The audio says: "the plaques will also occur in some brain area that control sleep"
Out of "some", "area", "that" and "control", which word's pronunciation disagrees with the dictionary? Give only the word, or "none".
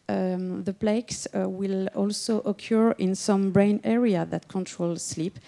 none